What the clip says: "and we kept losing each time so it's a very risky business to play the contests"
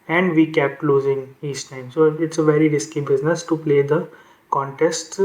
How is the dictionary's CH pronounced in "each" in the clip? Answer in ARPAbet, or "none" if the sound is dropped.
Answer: S